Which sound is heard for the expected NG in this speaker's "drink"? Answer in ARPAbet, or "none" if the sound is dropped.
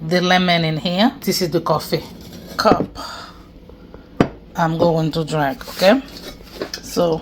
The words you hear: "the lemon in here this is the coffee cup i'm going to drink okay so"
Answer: none